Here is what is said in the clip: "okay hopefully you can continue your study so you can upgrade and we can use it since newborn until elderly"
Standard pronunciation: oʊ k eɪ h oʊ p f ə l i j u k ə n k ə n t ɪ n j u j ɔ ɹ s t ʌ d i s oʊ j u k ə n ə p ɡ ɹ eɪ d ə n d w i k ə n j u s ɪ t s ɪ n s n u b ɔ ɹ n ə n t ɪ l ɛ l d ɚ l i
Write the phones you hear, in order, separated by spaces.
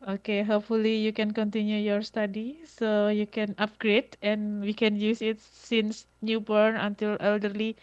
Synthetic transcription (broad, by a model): oʊ k eɪ h oʊ p f ə l i j u k ə n k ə n t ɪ n j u j ɔ ɹ s t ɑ d i s oʊ j u k ə n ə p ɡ ɹ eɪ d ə n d w i k ə n j u s ɪ t s ɪ n s n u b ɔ ɹ n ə n t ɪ l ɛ l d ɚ l i